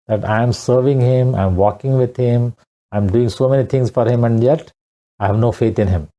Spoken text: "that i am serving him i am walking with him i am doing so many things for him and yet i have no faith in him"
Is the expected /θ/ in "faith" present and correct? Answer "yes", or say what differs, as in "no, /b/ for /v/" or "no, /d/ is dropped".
no, /t/ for /θ/